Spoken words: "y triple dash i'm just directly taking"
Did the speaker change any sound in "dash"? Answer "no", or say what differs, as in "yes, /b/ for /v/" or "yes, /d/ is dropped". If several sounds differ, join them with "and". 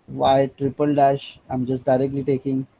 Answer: no